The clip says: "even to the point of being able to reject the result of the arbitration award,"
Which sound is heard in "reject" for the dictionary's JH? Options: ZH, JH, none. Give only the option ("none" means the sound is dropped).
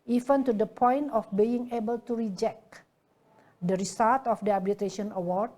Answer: JH